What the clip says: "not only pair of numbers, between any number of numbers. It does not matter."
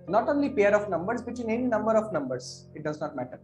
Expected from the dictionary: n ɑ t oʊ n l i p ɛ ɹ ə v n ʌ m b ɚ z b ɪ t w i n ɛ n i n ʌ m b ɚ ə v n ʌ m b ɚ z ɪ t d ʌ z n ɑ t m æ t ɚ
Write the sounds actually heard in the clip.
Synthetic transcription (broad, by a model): n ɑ t oʊ n l i p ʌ ɹ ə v n ʌ m b ɚ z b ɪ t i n ɛ n i n ʌ m b ɚ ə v n ʌ m b ɚ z ɪ t d ʌ z n ɑ t m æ t ɚ